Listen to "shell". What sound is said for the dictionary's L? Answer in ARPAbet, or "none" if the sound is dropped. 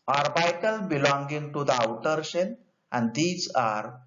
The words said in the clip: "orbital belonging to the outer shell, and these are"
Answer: N